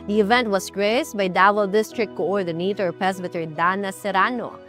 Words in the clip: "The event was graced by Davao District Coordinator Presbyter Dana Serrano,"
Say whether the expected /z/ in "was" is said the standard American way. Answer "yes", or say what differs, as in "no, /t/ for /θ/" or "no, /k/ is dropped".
no, /s/ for /z/